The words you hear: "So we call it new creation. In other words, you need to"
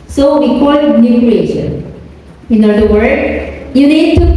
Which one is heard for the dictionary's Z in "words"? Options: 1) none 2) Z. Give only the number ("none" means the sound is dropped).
1